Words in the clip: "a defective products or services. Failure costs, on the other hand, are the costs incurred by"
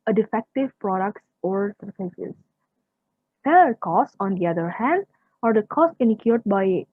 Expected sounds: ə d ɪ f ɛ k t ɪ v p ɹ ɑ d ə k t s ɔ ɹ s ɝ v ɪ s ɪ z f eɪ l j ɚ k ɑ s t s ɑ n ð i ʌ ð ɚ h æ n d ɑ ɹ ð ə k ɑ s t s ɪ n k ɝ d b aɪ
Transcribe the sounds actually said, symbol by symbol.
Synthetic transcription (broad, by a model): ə d ɪ f ɛ k t ɪ v p ɹ ɑ d ə k t s ɔ ɹ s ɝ f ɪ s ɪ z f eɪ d k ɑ s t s ɑ n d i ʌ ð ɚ h æ n d ɑ ɹ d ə k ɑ s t ɪ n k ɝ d b aɪ